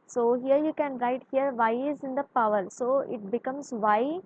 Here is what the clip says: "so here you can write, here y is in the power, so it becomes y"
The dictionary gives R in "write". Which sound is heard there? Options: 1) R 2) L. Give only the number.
1